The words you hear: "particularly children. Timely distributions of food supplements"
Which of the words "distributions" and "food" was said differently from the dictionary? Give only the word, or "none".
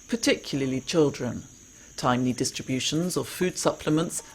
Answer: none